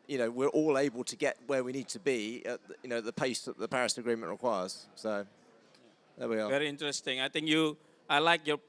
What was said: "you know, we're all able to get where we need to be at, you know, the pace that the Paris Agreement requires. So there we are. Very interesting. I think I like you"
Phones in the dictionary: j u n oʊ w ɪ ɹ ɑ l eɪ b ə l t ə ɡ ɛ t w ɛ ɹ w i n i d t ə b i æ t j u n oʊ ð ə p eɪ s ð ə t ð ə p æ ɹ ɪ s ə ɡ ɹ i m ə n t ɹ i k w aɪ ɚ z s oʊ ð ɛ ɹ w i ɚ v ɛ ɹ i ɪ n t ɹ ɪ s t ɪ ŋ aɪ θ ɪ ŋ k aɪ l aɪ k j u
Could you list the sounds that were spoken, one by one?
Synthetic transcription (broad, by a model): j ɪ n oʊ w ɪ ɹ ɑ l eɪ b ə l t ə ɡ ɛ t w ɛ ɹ w i n i d t ə b i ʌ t j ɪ n oʊ ð ə p eɪ s ð ə t ð ə p æ ɹ ɪ s ə ɡ ɹ i m ə n t ɹ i k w aɪ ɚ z s oʊ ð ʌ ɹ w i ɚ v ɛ ɹ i ɪ n t ɹ ɪ s t ɪ ŋ aɪ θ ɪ ŋ k aɪ l aɪ k j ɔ